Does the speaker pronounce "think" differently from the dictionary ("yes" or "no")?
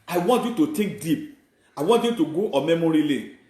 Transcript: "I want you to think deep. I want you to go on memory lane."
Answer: yes